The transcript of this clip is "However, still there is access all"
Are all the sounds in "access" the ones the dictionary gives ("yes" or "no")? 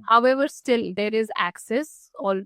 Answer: yes